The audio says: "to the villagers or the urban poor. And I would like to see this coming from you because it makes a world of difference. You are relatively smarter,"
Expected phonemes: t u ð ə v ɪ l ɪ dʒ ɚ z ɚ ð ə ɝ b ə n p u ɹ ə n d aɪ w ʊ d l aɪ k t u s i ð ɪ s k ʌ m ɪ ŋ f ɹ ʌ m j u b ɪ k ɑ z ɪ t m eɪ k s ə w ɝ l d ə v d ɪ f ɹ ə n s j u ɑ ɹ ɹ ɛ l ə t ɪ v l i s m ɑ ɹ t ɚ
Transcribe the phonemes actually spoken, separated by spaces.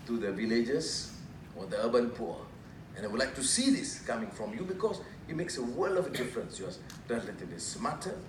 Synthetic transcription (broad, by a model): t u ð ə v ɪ l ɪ dʒ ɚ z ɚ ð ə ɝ b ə n p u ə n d aɪ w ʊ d l aɪ k t u s i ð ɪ s k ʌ m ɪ ŋ f ɹ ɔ m j u b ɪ k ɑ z ɪ t m eɪ k s ə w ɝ l ə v d ɪ f ɹ ə n s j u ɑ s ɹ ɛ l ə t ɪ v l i s m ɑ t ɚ